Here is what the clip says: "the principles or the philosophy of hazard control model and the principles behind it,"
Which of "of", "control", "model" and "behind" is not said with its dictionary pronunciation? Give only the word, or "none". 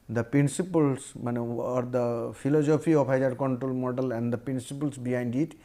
of